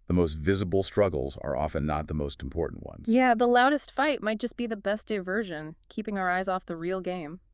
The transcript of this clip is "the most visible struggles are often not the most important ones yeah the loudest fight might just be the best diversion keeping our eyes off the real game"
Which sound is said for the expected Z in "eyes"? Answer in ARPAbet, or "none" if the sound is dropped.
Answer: Z